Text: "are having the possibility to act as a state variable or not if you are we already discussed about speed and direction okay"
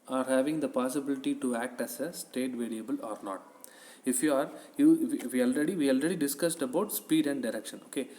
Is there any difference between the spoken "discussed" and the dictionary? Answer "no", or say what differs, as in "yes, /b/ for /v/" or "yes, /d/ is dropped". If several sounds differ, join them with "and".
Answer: no